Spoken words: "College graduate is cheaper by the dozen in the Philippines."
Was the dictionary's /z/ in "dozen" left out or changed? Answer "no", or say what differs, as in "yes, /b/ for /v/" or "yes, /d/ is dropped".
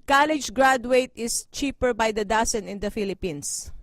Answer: yes, /s/ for /z/